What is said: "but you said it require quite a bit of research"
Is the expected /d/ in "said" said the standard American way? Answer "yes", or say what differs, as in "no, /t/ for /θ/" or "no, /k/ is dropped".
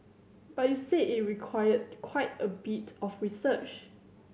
no, /d/ is dropped